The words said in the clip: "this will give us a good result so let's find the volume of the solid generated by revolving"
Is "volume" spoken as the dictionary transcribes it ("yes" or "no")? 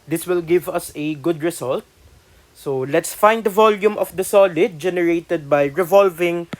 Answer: yes